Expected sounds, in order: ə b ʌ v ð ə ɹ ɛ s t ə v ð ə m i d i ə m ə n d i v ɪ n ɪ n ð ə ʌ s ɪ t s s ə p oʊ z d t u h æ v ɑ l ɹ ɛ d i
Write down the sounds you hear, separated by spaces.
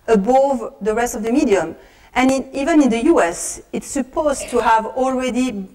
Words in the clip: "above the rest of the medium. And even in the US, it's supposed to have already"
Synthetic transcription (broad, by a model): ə b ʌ v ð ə ɹ ɛ s t ə v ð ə m i d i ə m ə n i v ɪ n ɪ n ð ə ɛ s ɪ t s s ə p oʊ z t u h æ v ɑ l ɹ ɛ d i